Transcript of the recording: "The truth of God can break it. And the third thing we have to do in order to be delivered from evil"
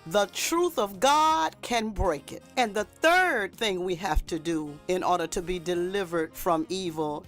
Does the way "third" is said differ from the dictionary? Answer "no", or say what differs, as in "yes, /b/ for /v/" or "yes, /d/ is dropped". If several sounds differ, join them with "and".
no